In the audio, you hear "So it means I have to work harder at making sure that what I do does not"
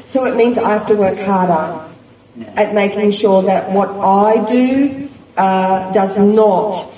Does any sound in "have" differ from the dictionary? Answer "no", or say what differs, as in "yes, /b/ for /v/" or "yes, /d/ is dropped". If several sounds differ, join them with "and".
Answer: yes, /f/ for /v/